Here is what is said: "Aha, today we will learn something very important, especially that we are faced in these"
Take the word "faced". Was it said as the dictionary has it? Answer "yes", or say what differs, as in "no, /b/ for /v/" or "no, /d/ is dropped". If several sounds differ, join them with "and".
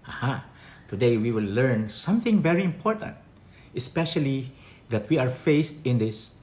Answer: yes